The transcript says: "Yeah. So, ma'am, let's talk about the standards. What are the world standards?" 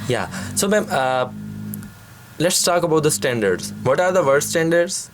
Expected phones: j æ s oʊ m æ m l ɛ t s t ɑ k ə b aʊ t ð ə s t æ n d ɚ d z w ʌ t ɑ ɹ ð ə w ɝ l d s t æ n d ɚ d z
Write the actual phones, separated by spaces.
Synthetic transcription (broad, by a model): j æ s oʊ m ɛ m l ɛ t s t ɑ k ə b aʊ t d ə s t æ n d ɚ d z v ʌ t ɑ ɹ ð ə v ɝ d s t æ n d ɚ d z